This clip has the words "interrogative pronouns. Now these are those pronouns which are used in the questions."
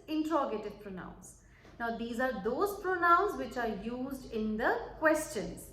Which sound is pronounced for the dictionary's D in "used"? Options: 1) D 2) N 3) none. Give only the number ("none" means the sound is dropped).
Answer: 1